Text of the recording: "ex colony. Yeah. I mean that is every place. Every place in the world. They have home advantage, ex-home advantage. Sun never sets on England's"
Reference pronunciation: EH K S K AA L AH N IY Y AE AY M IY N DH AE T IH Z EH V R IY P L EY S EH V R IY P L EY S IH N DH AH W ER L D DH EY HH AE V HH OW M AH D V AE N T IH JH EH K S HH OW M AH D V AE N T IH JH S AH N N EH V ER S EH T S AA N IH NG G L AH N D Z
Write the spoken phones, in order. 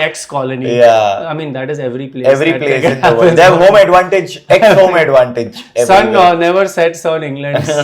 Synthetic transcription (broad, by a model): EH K S K AA L AH N IY Y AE AY M IY N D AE T IH Z EH V R IY P L EY EH V R IY P L EY S IH N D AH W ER N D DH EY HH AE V HH OW M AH D V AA N T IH JH EH K S HH OW M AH D V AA N T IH JH S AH N N EH V ER S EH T S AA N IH NG G L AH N D